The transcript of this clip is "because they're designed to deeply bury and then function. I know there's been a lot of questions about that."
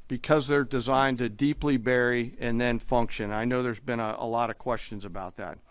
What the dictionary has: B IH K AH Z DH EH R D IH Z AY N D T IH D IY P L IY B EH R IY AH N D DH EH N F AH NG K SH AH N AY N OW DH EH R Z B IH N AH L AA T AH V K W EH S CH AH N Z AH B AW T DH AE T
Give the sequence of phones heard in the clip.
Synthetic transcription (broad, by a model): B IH K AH Z DH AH R D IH Z AY N T IH D IY P L IY B EH R IY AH N DH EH N F AH NG K SH AH N AY N OW DH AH R Z B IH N AH L AA T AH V K W EH S CH AH N Z AH B AW T DH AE T